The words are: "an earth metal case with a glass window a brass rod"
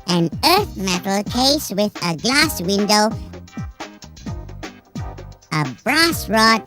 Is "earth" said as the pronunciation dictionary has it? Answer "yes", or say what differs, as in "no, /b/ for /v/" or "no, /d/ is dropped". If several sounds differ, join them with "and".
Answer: yes